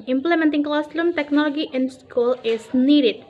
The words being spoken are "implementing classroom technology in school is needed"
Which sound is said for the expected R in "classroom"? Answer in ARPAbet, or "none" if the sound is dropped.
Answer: L